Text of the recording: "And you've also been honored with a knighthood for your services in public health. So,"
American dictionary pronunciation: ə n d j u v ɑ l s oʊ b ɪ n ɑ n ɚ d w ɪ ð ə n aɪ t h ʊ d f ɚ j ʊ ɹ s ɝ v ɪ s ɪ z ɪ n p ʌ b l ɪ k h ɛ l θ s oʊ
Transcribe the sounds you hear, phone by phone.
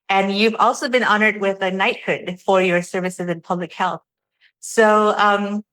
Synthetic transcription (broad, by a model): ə n j u v ɑ l s oʊ b ɪ n ɑ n ɚ d w ɪ ð ə n aɪ t h ʊ d f ɚ j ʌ ɹ s ɝ v ɪ s ɪ z ɪ n p ʌ b l ɪ k h ɛ l θ s oʊ